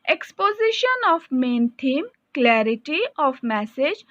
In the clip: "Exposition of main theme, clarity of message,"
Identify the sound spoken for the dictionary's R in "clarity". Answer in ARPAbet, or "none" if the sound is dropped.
R